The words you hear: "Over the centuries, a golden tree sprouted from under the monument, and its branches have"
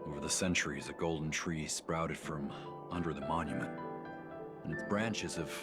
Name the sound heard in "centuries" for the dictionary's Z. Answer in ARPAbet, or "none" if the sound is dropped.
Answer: Z